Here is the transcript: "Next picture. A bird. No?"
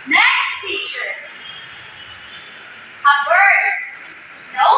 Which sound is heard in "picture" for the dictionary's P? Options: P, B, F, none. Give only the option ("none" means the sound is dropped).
F